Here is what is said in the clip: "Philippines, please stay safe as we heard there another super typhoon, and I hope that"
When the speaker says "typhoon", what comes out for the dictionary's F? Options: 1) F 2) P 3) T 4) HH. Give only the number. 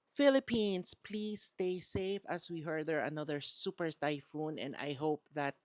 1